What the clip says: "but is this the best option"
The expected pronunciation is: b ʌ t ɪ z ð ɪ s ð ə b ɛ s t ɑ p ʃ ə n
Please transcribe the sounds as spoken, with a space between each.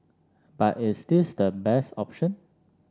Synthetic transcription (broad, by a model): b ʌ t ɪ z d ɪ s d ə b ɛ s t ɑ p ʃ ə n